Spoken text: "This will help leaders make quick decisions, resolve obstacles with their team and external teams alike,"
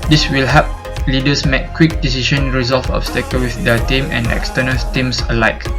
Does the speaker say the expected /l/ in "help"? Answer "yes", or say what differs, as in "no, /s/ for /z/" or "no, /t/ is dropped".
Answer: no, /l/ is dropped